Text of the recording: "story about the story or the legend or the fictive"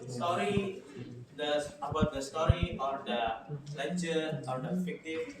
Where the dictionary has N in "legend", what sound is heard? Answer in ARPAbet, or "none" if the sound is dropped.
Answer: none